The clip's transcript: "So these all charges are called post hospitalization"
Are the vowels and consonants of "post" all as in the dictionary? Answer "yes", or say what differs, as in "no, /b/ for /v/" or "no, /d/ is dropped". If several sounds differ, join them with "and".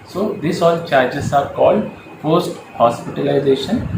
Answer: no, /f/ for /p/